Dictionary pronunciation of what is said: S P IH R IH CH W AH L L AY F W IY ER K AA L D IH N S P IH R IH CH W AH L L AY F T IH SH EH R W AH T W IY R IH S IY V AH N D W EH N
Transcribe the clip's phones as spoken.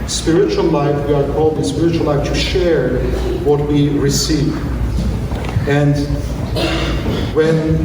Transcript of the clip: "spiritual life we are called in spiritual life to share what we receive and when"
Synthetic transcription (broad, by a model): S P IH R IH CH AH L L AY F W IY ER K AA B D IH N S P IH R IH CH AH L L AY F T IH SH EH R W AH T W IY R IH S IY V AH N D W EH N